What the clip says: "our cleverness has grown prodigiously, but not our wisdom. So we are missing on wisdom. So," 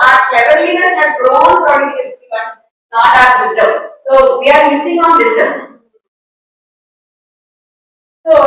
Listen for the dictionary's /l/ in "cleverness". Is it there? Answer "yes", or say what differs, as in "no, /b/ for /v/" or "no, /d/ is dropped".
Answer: no, /l/ is dropped